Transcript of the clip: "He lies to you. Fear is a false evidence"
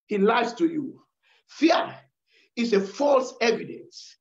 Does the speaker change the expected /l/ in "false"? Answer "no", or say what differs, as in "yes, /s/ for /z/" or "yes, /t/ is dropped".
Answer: no